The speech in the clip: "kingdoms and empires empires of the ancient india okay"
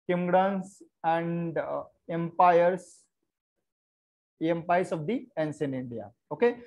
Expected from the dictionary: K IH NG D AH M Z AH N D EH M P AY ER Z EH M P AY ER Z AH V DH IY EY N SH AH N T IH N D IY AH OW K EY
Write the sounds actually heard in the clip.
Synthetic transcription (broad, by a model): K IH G D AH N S AH N D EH M P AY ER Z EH M P AY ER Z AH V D IY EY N S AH N IH N D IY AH OW K EY